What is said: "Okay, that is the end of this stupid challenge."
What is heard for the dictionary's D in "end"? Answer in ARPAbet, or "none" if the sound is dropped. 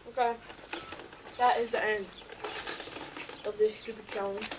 none